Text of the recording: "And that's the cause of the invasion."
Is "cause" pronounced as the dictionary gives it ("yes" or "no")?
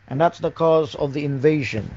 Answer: yes